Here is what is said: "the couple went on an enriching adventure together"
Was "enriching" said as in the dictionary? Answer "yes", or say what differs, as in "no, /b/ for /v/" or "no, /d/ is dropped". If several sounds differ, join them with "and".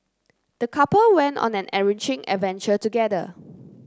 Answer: no, /n/ is dropped